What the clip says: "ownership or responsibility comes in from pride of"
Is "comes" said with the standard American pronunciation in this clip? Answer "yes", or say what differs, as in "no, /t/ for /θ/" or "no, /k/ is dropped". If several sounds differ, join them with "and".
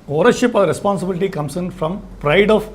no, /s/ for /z/